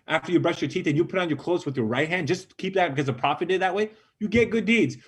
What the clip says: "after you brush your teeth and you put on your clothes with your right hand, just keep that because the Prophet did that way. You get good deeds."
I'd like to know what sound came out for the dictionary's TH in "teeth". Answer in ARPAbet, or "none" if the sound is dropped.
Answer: TH